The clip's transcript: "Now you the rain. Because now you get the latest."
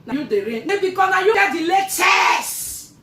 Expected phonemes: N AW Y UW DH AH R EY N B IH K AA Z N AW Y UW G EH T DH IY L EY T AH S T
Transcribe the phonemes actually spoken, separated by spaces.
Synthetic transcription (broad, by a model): N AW Y UW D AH R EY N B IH K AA N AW Y UW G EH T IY L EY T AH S